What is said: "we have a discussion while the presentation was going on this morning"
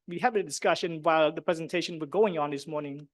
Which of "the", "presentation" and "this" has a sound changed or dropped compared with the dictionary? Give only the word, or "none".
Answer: none